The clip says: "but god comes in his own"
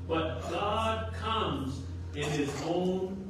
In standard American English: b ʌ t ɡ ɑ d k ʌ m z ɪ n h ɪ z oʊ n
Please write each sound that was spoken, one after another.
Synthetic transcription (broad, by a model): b ʌ t ɡ ɑ d k ʌ m z ɪ n ɪ z oʊ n